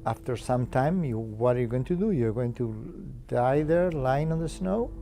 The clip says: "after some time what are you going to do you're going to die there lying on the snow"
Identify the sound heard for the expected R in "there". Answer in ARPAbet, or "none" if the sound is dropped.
R